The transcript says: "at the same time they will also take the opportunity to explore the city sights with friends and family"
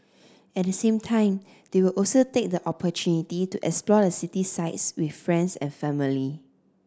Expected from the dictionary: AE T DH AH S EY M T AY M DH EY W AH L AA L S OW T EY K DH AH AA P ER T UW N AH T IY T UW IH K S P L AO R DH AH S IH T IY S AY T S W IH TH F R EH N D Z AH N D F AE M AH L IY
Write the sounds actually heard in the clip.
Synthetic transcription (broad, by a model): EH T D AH S EY M T AY M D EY W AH L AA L S OW T EY K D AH AA P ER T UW N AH T IY T UW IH K S P L AO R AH S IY T IY S AY T S W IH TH F R EH N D S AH N F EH M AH L IY